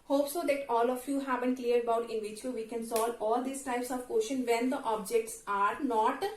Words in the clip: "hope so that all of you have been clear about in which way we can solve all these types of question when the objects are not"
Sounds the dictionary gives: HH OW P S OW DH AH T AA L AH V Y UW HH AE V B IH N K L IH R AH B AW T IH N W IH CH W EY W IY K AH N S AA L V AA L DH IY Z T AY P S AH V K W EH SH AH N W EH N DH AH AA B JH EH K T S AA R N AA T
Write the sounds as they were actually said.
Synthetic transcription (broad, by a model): HH OW P S OW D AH T AA L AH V Y UW HH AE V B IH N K L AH R AH B AW T IH N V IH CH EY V IY K AH N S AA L AA L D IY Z T AY P S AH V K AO SH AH N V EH N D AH AA B JH EH K T S AA R N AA T